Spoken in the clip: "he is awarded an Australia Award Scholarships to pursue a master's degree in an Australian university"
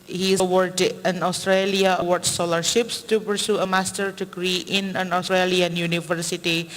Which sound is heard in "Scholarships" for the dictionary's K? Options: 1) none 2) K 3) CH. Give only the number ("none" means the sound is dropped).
1